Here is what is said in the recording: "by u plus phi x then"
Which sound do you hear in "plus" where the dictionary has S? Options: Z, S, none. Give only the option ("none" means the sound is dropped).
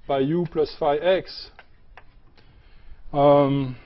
S